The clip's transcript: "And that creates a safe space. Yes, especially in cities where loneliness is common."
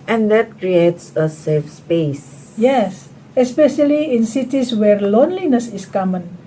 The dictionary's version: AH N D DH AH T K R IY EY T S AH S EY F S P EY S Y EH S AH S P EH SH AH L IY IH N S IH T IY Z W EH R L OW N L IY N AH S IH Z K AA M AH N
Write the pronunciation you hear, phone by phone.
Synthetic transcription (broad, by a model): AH N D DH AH T K R IY EY T S AH S EY F S P EY S Y EH S AH S P EH SH AH L IY IH N S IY T IY S W EH R L OW N L IY N AH S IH S K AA M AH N